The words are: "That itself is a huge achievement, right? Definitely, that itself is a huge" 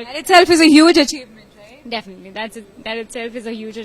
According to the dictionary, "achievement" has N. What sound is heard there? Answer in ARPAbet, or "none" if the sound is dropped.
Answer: none